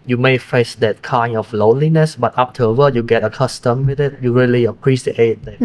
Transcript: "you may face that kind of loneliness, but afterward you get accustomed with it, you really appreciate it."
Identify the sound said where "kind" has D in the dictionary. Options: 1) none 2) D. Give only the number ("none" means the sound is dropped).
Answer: 1